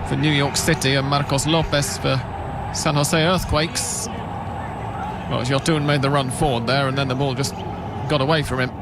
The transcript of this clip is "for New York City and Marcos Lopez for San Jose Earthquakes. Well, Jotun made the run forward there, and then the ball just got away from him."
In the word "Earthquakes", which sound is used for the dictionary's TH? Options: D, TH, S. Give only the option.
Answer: TH